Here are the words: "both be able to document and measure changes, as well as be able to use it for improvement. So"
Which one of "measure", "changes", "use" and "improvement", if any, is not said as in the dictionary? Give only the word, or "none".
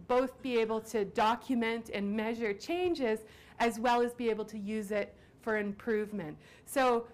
none